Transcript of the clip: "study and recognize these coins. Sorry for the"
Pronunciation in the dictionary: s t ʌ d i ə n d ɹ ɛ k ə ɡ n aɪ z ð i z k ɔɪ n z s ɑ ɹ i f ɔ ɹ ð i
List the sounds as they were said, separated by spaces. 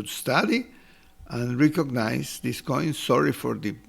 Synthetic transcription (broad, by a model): s t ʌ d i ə n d ɹ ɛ k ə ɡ n aɪ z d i s k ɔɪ n s ɑ ɹ i f ɔ ɹ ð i